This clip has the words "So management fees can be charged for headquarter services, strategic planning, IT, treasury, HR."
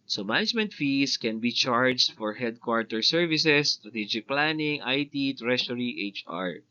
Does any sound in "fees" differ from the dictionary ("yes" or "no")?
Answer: yes